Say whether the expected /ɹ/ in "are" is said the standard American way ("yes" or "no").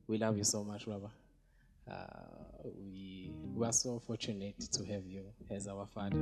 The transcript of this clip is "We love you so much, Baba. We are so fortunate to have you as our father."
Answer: no